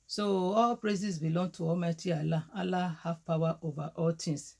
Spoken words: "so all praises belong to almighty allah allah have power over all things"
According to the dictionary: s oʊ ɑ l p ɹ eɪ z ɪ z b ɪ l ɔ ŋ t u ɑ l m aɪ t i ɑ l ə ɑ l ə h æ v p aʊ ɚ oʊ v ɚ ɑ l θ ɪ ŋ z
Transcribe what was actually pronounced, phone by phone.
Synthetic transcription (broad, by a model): s oʊ ɑ l p ɹ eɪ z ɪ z b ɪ l ɔ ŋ t u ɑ m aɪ t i ɑ l ə ɑ l ə h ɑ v p aʊ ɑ oʊ v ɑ ɑ l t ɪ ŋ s